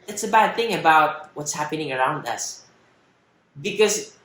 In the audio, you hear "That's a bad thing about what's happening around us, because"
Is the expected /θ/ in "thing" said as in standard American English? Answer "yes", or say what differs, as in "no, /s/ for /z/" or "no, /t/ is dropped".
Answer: yes